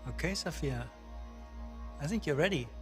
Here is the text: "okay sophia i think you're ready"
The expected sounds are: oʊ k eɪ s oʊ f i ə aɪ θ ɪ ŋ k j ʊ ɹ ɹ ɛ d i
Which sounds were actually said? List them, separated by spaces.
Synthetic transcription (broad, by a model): oʊ k eɪ s oʊ f i ə aɪ θ ɪ ŋ k j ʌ ɹ ɹ ɛ d i